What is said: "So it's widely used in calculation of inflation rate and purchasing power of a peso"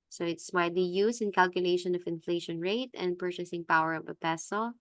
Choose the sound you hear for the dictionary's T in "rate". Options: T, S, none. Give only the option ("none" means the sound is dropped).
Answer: T